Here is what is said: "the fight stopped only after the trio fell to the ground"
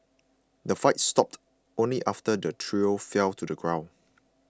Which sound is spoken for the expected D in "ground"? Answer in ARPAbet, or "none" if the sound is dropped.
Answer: none